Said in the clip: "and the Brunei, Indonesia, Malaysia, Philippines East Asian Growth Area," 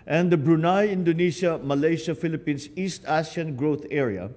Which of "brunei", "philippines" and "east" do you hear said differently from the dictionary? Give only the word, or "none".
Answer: philippines